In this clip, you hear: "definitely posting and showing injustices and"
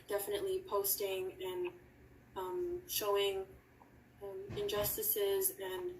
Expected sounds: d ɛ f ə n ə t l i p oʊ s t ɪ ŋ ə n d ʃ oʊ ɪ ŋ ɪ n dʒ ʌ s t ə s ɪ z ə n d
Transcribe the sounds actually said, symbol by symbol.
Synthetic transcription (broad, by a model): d ɛ f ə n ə t l i p oʊ s t ɪ ŋ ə n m ʃ oʊ ɪ ŋ ɪ n dʒ ʌ s t ə s ɪ z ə n